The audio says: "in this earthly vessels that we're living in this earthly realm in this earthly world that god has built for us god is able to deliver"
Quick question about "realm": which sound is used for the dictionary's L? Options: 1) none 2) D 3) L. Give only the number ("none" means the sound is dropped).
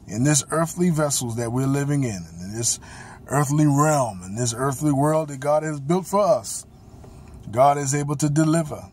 3